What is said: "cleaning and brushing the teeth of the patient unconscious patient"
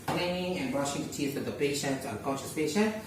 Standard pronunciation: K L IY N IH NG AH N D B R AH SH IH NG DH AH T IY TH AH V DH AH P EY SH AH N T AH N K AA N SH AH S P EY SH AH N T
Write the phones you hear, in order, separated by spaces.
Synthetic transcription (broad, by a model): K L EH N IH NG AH N B R AH SH IH NG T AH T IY S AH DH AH P EY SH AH N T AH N K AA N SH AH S P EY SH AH N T